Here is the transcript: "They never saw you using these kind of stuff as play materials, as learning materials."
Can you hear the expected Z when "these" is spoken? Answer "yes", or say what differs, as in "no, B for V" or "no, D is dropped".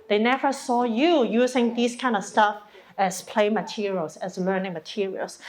no, S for Z